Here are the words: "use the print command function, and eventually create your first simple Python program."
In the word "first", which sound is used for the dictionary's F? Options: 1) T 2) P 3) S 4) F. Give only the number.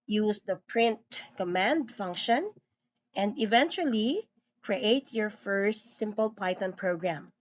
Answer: 4